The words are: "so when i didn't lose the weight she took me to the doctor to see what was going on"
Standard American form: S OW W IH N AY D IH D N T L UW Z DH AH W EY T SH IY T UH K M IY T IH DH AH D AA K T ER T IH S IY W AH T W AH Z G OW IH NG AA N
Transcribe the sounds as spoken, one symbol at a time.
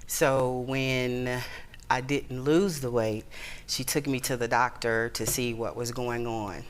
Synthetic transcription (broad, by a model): S OW W IH N AY D IH D N T L UW Z DH AH W EY T SH IY T UH K M IY T IH DH AH D AA K T ER T IH S IY W AH T W AH Z G OW IH NG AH N